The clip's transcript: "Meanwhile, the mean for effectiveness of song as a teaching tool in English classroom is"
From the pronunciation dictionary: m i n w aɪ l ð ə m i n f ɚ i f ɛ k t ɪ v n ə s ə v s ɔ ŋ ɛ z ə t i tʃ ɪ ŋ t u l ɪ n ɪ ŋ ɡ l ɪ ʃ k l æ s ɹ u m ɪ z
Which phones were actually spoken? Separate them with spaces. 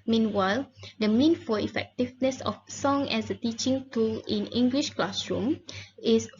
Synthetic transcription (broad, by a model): m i n w aɪ l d ə m i n f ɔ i f ɛ k t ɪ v n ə s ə f s ɔ ŋ ɛ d ə t i tʃ ɪ ŋ t u l ɪ n ɪ ŋ ɡ l ɪ ʃ k l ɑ s ɹ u m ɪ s